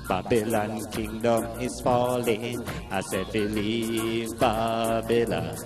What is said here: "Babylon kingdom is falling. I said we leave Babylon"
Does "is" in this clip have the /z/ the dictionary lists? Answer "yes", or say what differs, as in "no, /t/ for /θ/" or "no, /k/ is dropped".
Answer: no, /s/ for /z/